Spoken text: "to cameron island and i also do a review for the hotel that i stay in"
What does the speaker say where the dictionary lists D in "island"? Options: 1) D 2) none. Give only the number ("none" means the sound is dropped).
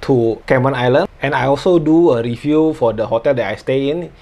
2